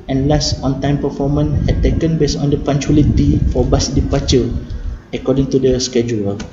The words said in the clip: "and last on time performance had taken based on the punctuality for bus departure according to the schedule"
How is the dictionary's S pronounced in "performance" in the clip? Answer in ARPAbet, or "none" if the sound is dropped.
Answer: none